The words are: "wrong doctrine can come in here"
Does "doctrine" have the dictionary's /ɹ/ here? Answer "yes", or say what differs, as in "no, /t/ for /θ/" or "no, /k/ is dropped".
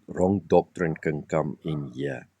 yes